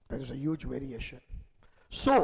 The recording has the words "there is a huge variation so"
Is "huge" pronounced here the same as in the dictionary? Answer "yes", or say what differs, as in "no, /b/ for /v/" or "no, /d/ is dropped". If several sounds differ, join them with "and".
yes